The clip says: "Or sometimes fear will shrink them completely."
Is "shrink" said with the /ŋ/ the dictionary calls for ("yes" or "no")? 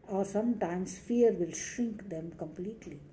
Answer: yes